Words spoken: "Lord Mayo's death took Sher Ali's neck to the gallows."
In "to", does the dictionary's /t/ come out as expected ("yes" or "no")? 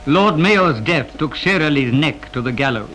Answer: yes